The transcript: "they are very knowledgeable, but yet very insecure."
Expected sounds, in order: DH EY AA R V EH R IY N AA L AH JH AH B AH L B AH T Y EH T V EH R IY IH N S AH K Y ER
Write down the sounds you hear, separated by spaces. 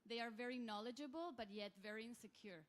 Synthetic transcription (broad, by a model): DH EY AA R V EH R IY N AA L AH JH AH B AH L B AH T Y EH T V EH R IY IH N S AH K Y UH